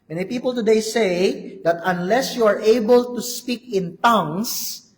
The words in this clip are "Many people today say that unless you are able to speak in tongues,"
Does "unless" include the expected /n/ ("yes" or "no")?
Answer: yes